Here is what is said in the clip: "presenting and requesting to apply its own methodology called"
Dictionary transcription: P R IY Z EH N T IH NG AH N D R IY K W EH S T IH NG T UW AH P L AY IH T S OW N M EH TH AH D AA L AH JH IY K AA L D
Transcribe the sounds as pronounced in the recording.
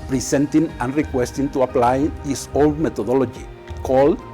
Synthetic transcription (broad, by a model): P R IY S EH N T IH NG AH N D R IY K W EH S T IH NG T UW AH P L AY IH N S OW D M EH T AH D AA L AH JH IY K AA L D